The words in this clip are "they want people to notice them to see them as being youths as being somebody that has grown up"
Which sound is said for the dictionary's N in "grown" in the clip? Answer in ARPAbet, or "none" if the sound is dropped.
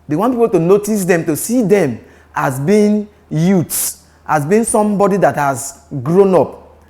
N